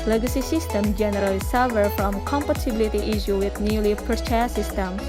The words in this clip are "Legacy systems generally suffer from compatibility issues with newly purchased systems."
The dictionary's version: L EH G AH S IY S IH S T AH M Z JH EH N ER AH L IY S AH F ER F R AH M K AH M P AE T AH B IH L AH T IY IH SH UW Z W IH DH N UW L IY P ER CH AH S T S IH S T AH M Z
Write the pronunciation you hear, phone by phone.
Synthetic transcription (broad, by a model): L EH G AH S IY S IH S T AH M JH EH N ER AH L IY S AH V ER F R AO M K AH M P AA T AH B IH L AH T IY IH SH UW W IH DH N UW L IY P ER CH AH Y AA S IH S T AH M